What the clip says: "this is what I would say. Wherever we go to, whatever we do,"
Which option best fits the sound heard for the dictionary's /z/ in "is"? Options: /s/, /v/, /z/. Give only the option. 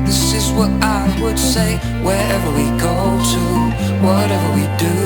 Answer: /z/